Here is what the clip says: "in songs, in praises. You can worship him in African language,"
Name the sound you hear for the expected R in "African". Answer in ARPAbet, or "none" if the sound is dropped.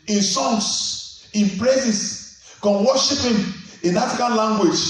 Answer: none